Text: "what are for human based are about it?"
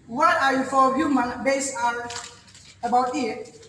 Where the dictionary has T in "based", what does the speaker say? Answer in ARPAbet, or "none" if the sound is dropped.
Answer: none